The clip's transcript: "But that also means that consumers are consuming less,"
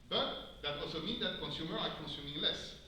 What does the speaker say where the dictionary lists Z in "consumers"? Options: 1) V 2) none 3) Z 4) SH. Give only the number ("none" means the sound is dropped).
2